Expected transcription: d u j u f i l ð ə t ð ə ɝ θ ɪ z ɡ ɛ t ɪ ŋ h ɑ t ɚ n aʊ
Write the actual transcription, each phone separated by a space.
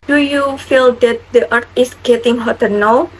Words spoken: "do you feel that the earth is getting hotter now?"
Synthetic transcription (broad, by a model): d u j u f i l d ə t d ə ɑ t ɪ s ɡ ɛ t ɪ ŋ h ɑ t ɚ n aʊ